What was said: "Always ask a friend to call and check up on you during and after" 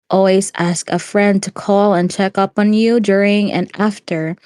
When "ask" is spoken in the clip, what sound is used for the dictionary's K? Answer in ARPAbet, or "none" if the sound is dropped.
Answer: K